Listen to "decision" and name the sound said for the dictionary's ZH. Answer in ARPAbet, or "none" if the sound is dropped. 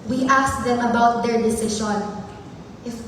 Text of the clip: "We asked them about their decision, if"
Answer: SH